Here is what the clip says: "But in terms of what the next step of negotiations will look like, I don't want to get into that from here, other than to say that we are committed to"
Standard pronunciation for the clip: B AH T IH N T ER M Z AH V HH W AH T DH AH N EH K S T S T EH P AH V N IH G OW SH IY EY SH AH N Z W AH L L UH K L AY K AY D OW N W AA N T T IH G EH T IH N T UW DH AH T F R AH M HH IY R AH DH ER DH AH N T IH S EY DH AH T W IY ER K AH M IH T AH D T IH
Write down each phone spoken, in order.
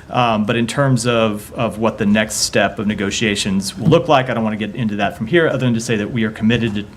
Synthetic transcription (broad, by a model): B AH T IH N T ER M Z AH V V W AH T DH AH N EH K S T S T EH P AH V N IH G OW SH IY EY SH AH N Z W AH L L UH K L AY K AY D OW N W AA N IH G EH T IH N T UW DH AH T F R AH M HH IY R AH DH ER DH AH N T IH S EY DH AH T W IY ER K AH M IH T AH D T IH